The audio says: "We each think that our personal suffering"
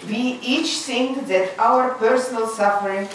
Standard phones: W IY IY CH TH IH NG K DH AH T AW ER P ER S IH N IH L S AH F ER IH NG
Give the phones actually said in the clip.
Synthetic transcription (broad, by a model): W IY IY CH S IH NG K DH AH T AW ER P ER S IH N IH L S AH F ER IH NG